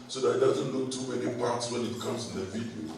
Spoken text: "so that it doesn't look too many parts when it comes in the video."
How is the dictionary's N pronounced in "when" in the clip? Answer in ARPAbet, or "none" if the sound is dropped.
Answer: N